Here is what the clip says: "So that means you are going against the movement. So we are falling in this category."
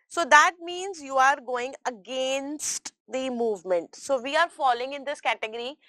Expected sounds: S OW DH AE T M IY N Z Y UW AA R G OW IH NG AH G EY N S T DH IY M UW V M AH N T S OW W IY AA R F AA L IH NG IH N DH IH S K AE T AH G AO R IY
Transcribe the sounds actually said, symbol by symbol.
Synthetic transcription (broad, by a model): S OW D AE T M IY N Z Y UW AA R G OW IH NG AH G EY N S T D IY M UW V M AH N T S OW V IY AA R F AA L IH NG IH N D IH S K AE T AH G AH R IY